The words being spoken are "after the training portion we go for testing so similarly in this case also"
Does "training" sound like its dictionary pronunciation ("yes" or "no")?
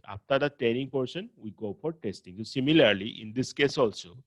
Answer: no